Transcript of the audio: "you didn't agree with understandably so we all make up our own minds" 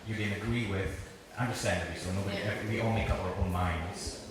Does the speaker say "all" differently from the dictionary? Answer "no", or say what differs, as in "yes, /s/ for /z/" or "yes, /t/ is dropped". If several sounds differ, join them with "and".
yes, /n/ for /l/